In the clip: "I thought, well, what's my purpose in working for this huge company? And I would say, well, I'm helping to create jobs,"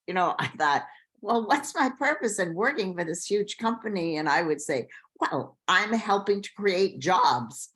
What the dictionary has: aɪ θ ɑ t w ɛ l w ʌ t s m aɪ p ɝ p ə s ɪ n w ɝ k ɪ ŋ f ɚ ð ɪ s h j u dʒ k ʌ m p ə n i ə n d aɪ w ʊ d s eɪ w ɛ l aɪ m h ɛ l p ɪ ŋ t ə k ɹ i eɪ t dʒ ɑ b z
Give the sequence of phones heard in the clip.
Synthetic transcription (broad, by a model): aɪ θ ɑ t w ɛ l w ʌ t s m aɪ p ɝ p ə s ɪ n w ɝ k ɪ ŋ f ɚ ð ɪ s h j u dʒ k ʌ m p ə n i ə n aɪ w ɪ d s eɪ w ɛ l aɪ m h ɛ l p ɪ ŋ t ə k ɹ i eɪ t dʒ ɑ b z